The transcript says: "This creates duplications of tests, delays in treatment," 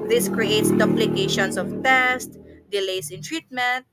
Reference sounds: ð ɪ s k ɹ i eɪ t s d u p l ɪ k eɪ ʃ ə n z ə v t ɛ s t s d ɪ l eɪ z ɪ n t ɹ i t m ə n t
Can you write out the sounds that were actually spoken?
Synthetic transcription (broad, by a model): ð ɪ s k ɹ i eɪ t s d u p l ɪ k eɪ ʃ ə n s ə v t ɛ s t d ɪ l eɪ s ɪ n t ɹ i t m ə n t